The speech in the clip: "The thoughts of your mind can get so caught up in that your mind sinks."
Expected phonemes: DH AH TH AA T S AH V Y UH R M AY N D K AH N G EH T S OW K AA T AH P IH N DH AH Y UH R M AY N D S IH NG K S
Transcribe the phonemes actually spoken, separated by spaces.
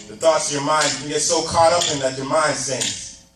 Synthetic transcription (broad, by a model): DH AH TH AA T S AH V Y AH R M AY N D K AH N G EH T S OW K AA T AH P IH N DH AH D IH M AY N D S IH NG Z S